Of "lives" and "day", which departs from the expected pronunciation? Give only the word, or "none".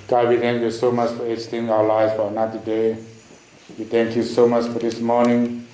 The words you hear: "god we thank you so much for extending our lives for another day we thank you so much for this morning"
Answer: lives